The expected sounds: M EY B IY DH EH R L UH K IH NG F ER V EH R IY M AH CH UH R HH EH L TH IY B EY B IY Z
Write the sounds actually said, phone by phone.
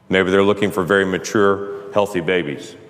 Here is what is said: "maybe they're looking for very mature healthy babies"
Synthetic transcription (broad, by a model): M EY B IY DH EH R L UH K IH NG F ER V EH R IY M AH CH UH R HH EH L TH IY B EY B IY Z